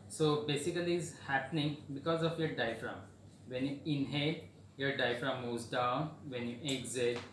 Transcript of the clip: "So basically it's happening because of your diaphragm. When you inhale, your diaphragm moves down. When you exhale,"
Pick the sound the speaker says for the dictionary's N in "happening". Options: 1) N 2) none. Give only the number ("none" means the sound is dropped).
1